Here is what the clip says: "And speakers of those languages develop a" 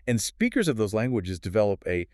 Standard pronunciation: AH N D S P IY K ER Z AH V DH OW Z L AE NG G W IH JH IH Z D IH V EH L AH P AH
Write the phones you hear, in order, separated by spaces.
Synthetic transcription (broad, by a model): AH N S P IY K ER Z AH V DH OW Z L AE NG G W IH JH IH Z D IH V EH L AH P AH